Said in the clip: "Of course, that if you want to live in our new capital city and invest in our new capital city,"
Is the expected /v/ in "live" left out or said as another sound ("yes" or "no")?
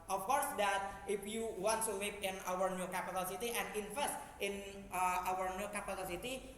yes